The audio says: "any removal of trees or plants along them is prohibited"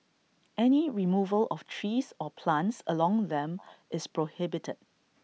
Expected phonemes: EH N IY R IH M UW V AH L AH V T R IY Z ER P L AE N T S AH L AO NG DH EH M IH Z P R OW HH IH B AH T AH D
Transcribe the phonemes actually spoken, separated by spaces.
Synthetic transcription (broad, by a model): EH N IY R IH M UW V AH L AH F T R IY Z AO P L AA N T S AH L AO NG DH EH M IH S P R OW HH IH B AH T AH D